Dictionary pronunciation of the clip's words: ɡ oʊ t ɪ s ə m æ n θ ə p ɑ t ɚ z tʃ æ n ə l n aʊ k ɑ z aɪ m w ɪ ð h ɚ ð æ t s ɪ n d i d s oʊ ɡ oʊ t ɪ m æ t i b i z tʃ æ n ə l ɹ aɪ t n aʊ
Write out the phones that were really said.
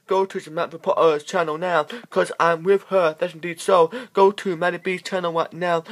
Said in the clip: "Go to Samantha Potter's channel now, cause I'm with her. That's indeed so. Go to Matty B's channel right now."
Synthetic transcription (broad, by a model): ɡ oʊ t ɪ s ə m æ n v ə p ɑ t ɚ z tʃ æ n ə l n aʊ k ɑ z aɪ m w ɪ ð h ɚ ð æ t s ɪ n d i d s oʊ ɡ oʊ t ɪ m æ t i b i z tʃ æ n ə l w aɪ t n aʊ